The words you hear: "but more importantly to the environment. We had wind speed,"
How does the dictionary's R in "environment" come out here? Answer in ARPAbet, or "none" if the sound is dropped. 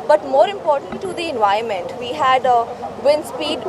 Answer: none